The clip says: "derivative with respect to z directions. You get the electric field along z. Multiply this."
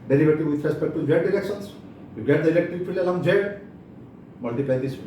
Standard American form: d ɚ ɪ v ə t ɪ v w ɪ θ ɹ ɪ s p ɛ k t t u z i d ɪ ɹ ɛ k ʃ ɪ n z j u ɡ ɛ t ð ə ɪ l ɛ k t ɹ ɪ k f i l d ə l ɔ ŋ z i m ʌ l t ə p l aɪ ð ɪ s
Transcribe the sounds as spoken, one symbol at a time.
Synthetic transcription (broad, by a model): d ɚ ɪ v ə t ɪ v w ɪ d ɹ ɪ s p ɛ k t t u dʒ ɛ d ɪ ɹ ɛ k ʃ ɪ n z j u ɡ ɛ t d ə ɪ l ɛ k t ɹ ɪ k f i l ə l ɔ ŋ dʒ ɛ m ʌ l t ə p l aɪ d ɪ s